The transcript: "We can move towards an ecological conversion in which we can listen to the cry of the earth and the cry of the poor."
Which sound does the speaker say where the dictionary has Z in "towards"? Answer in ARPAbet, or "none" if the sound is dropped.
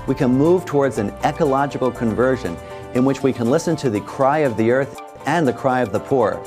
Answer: Z